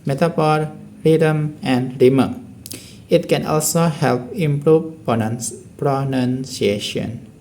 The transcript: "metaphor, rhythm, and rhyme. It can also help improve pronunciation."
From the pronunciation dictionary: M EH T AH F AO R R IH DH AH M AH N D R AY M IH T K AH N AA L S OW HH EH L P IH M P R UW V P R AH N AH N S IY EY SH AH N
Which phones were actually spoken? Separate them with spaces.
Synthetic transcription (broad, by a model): M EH T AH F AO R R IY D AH M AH N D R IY M IH T K AH N AA L S OW HH EH L P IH M P R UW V P R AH N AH N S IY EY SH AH N